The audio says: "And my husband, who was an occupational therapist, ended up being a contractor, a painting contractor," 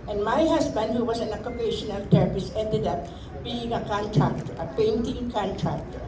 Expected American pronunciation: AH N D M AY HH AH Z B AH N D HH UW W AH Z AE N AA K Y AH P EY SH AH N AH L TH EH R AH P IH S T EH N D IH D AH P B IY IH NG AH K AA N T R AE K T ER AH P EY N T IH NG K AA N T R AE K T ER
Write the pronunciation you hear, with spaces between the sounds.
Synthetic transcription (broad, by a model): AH N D M AY HH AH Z B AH N D HH UW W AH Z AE N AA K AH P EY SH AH N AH L T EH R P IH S EH N D IH D AH P B IY IH NG AH K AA N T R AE K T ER AH P EY N T IH NG K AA N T R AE K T